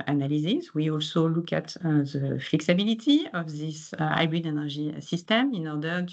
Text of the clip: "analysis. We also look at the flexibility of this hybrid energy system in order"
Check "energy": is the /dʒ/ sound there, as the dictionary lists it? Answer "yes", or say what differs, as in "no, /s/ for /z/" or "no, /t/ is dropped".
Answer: no, /ʒ/ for /dʒ/